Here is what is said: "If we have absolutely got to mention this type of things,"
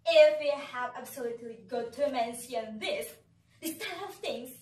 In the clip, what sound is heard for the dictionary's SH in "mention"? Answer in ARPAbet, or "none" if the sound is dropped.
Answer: S